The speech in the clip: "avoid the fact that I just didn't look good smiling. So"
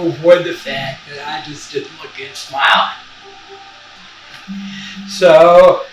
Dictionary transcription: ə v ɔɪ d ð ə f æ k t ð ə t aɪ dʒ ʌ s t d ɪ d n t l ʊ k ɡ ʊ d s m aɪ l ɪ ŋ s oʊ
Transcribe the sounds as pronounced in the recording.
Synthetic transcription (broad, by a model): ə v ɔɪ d ð ə f æ k ð ə t aɪ dʒ ʌ s d ɪ d n t l ʊ k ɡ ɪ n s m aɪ ɪ s oʊ